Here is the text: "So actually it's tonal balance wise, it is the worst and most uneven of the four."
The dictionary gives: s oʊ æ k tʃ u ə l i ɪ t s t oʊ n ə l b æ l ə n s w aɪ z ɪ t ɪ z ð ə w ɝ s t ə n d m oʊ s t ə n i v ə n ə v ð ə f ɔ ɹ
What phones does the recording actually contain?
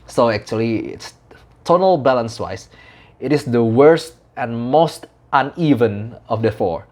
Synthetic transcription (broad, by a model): s oʊ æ k tʃ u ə l i ɪ t s t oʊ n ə l b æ l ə n s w aɪ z ɪ t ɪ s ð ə w ɝ s t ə n m oʊ s t ə n i v ə n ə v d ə f ɔ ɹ